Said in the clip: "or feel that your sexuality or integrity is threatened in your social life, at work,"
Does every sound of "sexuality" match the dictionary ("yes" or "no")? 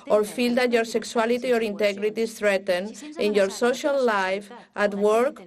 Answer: no